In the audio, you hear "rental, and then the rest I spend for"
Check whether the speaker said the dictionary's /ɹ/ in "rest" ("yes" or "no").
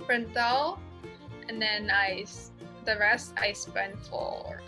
yes